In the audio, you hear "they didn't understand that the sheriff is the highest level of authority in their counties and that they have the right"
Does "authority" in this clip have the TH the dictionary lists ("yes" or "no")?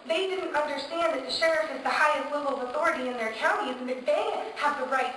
yes